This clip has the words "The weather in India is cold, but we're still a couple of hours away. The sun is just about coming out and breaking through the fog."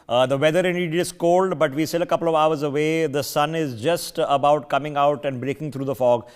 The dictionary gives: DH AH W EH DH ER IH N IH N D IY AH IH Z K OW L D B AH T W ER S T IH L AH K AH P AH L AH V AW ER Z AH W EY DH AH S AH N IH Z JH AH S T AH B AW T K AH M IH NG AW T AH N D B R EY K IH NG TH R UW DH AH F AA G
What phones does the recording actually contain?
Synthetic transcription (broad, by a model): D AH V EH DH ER IH N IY D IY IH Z K OW L D B AH T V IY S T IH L AH K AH P L AH V AW ER Z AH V EY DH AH S AH N IH Z JH AH S T AH B AW T K AH M IH NG AW T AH N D B R EY K IH NG T R UW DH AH F AA G